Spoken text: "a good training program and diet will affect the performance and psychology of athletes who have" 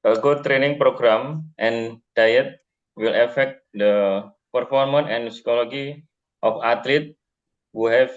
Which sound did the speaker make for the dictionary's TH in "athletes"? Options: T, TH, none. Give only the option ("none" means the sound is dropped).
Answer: T